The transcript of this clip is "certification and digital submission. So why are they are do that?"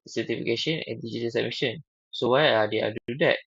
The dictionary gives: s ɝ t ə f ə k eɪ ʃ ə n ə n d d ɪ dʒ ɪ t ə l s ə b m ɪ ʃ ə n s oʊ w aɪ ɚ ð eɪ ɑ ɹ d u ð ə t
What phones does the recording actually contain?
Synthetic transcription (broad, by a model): s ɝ t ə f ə k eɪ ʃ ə n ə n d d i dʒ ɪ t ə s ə m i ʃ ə n s oʊ w aɪ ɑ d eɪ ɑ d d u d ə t